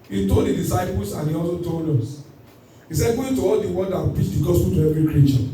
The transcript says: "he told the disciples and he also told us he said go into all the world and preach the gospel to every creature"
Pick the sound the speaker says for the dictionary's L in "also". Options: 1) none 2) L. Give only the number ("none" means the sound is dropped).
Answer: 2